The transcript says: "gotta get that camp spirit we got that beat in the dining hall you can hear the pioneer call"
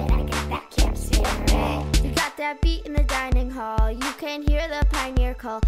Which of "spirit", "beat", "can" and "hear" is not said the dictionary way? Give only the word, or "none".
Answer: spirit